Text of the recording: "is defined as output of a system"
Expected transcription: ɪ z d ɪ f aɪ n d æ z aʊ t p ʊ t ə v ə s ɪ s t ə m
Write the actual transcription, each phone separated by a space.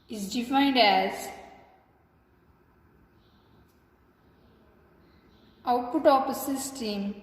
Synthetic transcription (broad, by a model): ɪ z d ɪ f aɪ n d æ z aʊ t p ʊ t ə p ə s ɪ s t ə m